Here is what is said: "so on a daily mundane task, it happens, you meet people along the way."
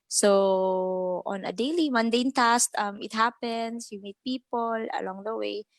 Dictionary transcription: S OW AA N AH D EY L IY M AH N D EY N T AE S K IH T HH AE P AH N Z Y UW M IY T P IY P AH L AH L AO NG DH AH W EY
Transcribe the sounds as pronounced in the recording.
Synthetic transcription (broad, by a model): S OW AA N AH D EY L IY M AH N D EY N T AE S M IH T HH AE P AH N S Y UW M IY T P IY P AH L AH L AO NG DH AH W EY